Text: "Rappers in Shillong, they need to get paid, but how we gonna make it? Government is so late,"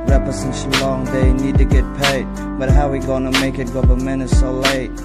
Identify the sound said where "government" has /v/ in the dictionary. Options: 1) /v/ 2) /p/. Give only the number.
2